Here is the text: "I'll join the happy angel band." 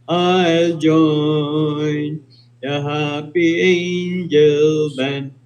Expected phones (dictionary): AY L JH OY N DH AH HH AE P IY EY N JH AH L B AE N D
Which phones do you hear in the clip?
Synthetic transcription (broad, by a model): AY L JH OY N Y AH HH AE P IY EY N JH AH L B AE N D